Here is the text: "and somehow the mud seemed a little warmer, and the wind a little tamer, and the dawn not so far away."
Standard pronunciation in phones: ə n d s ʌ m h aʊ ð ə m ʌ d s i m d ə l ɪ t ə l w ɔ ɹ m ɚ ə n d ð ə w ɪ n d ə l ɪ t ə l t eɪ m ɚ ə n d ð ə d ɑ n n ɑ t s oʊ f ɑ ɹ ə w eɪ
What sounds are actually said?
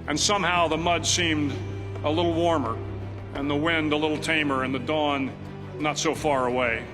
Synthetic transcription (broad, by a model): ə n s ʌ m h aʊ ð ə m ʌ d s i m d ə l ɪ t l w ɔ ɹ m ɚ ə n ð ə w ɪ n d ə l ɪ t l t eɪ m ɚ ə n ð ə d ɑ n n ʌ t s oʊ f ɑ ɹ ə w eɪ